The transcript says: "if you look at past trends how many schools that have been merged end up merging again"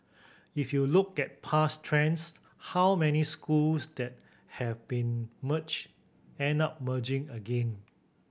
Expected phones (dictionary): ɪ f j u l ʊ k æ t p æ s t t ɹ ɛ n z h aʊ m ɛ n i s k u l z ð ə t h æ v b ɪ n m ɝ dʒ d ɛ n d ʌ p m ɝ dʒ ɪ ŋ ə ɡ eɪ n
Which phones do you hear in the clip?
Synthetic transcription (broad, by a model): ɪ f j u l ʊ k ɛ t p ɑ s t t ɹ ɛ n s h aʊ m ɛ n i s k u l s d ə t h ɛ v b ɪ n m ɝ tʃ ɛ n ʌ p m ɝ dʒ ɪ ŋ ə ɡ eɪ n